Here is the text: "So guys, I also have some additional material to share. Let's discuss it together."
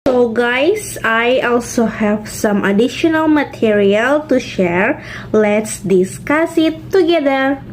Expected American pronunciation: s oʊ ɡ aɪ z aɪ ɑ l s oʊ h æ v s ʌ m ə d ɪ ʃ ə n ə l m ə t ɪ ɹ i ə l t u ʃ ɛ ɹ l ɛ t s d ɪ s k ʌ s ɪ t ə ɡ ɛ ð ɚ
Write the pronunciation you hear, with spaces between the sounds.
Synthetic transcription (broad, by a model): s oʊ ɡ aɪ s aɪ ɑ l s oʊ h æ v s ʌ m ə d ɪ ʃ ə n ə l m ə t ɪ ɹ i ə l t u ʃ ɛ ɹ l ɛ t s d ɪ s k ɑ s ɪ t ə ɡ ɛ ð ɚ